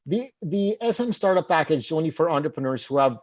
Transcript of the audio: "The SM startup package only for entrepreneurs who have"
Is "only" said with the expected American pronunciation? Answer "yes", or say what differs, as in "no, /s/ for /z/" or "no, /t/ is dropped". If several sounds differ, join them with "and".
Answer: no, /l/ is dropped